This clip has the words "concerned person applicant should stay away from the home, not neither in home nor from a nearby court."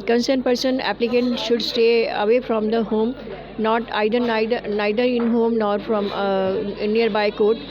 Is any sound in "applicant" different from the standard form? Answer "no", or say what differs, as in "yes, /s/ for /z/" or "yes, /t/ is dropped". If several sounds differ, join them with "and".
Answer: no